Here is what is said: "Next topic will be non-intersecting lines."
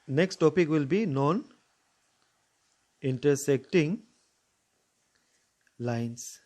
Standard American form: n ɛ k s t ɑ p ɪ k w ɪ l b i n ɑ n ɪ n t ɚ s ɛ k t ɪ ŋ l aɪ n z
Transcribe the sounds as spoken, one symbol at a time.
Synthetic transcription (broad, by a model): n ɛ k s t ɑ p ɪ k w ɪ l b i n ɑ n ɪ n t ɚ s ɛ k t ɪ ŋ l aɪ n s